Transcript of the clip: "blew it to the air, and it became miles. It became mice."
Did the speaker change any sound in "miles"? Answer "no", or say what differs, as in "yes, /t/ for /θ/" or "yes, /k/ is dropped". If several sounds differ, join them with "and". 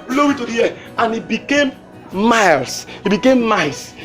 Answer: yes, /s/ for /z/